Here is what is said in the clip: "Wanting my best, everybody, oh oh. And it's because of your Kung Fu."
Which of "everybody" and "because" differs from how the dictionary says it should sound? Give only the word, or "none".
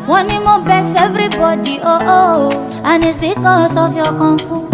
because